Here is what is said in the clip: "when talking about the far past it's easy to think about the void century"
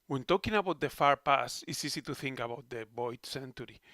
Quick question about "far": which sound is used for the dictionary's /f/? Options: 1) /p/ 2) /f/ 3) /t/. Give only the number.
2